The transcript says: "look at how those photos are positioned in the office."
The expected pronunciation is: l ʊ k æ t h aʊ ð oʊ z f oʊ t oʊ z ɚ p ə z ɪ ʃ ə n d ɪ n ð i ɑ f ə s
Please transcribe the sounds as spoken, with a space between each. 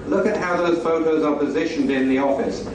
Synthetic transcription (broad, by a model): l ʊ k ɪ t h aʊ ð oʊ z f oʊ t oʊ z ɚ p ə z ɪ ʃ ə n d ɪ n ð i ɑ f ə s